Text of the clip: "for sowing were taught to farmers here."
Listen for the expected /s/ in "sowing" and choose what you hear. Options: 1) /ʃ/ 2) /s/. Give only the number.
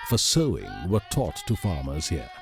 2